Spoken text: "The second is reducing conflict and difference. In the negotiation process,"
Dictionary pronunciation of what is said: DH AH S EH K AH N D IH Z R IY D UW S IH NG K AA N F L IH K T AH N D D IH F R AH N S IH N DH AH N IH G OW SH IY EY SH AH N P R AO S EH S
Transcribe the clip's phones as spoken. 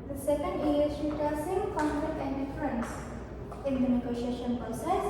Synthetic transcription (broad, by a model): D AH S EH K AH N D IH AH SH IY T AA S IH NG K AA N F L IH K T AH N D D IH F R AH N S IH N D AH N IH G OW SH IY EY SH AH N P R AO S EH S